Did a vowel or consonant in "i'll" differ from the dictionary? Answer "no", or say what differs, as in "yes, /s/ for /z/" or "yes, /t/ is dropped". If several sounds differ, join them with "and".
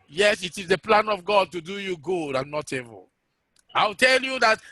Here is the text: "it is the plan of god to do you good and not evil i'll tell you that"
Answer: yes, /w/ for /l/